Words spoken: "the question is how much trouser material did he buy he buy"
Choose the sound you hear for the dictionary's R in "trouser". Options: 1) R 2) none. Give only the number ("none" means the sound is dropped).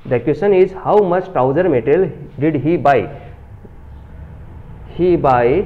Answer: 2